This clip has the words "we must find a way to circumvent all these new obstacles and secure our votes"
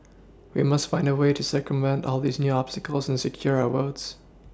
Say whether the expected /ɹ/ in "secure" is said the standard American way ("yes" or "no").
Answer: yes